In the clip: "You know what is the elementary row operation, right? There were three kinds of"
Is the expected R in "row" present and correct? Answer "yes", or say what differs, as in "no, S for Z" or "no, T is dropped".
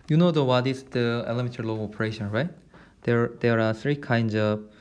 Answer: no, L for R